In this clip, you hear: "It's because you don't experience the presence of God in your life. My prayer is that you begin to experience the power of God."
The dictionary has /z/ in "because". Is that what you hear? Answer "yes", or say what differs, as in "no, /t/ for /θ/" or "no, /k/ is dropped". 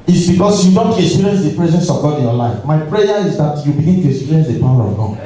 no, /s/ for /z/